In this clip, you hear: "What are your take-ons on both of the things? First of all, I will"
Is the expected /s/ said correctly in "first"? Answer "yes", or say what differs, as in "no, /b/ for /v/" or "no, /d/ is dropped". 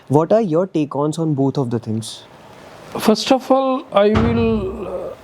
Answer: yes